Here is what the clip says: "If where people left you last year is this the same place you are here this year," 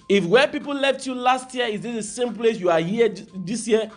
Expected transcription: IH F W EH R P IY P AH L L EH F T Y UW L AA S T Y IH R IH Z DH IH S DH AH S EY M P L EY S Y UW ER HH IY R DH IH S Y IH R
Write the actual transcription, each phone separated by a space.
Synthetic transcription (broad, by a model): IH F W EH P IY P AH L L EH F T Y UW L AA S T Y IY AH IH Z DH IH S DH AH S EY M P L EY S Y UW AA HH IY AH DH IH S Y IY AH